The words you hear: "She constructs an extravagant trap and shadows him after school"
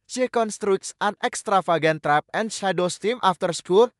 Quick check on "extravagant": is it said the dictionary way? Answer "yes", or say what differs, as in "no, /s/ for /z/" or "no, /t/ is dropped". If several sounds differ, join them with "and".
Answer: no, /f/ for /v/